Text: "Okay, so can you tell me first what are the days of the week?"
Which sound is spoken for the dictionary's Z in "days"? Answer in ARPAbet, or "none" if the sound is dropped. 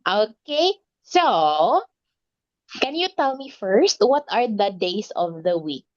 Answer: S